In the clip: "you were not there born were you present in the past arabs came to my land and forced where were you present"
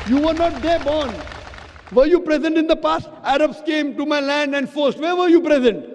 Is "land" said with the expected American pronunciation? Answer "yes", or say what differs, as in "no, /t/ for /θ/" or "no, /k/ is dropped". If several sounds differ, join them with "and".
yes